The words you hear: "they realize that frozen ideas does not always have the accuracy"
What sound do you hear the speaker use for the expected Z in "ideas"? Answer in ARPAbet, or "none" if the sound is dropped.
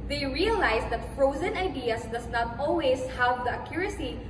S